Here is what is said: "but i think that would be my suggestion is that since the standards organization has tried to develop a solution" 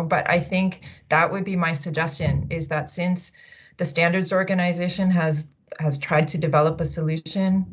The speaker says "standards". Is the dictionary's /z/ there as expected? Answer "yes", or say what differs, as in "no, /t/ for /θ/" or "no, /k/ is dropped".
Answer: yes